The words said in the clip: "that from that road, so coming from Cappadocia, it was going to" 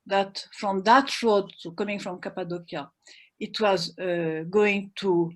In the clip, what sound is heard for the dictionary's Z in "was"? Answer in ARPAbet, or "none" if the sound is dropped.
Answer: Z